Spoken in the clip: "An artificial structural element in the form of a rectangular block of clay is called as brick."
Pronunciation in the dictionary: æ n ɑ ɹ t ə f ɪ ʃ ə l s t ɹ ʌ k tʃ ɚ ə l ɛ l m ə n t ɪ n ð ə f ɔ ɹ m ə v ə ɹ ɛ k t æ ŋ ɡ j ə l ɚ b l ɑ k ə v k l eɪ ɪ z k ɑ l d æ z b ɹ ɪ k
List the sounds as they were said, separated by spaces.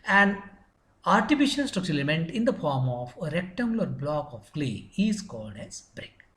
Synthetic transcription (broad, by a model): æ n ɑ ɹ t ə f ɪ ʃ ə l s t ɹ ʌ k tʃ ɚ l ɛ m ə n t ɪ n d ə f ɔ ɹ m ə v ə ɹ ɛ k t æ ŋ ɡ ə l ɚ b l ɑ k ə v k l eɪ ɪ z k ɑ l d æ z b ɹ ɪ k